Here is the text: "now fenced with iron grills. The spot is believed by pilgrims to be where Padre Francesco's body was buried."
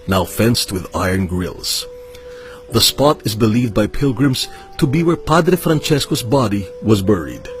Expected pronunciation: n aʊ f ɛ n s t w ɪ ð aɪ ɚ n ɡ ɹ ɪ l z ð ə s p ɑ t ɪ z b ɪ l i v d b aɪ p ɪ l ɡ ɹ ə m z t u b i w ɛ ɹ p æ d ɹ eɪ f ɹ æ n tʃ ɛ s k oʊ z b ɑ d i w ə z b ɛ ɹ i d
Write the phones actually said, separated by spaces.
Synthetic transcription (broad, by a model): n aʊ f ɛ n s t w ɪ ð aɪ ɚ n ɡ ɹ ɪ l z ð ə s p ɑ t ɪ z b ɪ l i v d b aɪ p ɪ l ɡ ɹ ə m z t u b i w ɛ ɹ p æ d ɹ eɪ f ɹ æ n tʃ ɛ s k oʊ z b ɑ d i w ə z b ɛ ɹ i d